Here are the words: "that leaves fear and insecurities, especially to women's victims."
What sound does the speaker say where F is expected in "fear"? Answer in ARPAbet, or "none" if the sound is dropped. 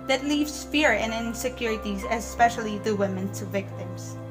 F